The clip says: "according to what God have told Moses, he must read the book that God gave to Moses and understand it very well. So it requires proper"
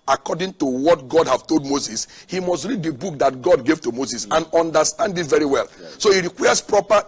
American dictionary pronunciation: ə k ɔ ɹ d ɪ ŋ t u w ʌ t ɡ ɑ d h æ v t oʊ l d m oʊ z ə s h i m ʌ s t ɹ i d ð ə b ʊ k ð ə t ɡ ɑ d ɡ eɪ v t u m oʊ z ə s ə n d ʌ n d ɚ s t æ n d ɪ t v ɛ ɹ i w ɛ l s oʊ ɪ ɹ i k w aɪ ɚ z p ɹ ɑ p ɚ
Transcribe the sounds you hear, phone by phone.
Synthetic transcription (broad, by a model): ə k ɔ d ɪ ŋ t u w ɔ t ɡ ɑ d h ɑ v t oʊ l d m oʊ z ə s h i m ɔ s t ɹ i d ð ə b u k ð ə t ɡ ɑ d ɡ eɪ v t u m oʊ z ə s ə n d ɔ n d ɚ s t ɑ n d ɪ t v ɛ ɹ i w ɛ l s oʊ ɪ ɹ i k w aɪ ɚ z p ɹ ɑ p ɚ